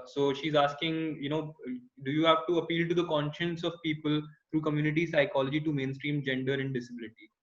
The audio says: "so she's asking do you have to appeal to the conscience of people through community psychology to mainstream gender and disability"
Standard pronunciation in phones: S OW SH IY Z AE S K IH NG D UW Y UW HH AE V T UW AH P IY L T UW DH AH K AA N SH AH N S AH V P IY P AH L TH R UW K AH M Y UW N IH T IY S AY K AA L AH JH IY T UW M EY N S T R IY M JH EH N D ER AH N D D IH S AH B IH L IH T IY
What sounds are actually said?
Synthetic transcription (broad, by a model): S OW SH IY Z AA S K IH NG D UW Y UW HH AE V T UW AH P IY L T UW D AH K AA N SH AH N S AH V P IY P AH L T R UW K AH M Y UW N IH T IY S AY K AA L AH JH IY T UW M EY N S T R IY M JH EH N D ER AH N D D IH S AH B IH L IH T IY